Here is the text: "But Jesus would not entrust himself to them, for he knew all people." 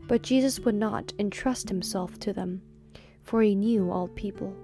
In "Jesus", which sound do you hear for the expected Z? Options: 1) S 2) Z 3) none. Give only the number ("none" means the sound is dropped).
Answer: 2